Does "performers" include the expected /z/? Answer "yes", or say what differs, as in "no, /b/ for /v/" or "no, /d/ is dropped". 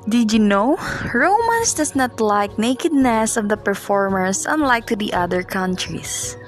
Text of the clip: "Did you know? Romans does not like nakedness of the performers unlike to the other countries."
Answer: no, /s/ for /z/